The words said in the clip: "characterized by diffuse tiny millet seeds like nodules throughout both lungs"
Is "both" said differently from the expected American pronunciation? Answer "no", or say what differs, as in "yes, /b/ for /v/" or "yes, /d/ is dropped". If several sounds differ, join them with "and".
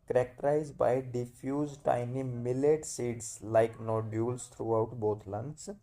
yes, /t/ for /θ/